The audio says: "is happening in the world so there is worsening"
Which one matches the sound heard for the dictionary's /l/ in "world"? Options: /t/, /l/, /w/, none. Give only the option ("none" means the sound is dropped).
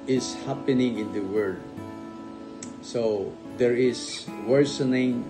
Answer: none